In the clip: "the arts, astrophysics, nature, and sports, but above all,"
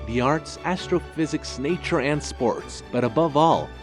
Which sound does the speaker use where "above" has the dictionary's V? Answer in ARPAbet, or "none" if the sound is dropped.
V